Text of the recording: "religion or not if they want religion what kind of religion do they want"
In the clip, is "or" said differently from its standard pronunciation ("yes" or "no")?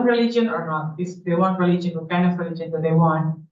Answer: no